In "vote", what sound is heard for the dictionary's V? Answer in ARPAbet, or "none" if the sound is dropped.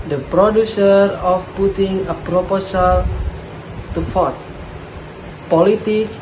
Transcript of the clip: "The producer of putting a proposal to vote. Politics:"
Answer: F